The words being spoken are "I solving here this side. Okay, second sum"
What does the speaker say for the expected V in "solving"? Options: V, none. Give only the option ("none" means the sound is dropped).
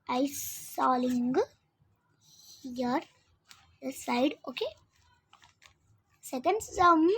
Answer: none